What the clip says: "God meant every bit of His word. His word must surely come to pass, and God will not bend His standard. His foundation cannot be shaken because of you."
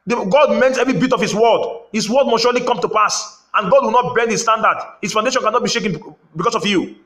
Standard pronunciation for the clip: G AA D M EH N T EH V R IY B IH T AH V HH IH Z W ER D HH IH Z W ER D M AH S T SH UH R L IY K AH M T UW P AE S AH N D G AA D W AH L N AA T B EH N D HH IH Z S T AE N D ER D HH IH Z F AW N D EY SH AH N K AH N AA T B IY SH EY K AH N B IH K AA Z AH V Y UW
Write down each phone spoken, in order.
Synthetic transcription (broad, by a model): G AA D M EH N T EH V R IY B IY T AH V HH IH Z W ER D HH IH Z W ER D M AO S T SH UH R L IY K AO M T UW P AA S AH N G AA D W AH L N AA T B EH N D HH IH S T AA N D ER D HH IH S F AW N D EY SH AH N K AH N AA T B IY SH EY K AH N B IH K AA S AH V Y UW